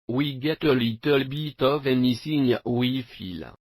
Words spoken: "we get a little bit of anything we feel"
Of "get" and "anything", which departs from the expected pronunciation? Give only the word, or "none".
anything